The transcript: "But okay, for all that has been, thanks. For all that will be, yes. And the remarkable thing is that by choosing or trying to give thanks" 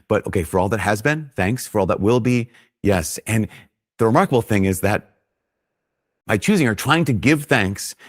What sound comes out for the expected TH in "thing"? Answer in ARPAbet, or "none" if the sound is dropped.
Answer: TH